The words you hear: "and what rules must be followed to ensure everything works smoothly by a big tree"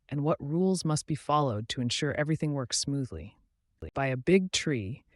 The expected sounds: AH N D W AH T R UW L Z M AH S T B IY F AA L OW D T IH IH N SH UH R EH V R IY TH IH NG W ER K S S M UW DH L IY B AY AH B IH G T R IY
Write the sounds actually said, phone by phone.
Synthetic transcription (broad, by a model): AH N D W AH T R UW L Z M AH S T B IY F AA L OW D T IH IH N SH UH R EH V R IY TH IH NG W ER K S S M UW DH L IY B AY AH B IH G T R IY